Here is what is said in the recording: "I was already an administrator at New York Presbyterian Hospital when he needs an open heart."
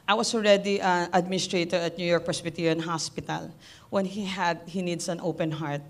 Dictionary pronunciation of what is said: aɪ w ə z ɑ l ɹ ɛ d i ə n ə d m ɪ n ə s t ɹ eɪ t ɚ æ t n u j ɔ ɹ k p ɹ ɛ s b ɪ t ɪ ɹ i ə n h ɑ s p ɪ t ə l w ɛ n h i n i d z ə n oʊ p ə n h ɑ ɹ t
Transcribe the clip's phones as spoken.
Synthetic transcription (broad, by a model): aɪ w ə s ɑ l ɹ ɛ d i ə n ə d m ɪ n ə s t ɹ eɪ t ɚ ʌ t n u j ɔ ɹ k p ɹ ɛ s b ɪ t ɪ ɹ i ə n h ɑ s p ɪ t ə l w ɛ n h i n i d s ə n oʊ p ə n h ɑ ɹ t